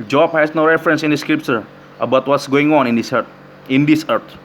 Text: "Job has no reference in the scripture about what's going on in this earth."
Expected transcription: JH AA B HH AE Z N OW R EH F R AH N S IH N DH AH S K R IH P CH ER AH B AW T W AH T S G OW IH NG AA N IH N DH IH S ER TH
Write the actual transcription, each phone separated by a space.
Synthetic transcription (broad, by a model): JH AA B HH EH S N OW R EH F R AH N S IH N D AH S K R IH P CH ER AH B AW T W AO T S G OW IH NG AA N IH N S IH S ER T